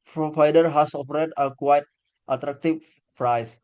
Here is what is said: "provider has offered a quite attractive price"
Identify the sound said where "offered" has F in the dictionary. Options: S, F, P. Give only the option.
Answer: P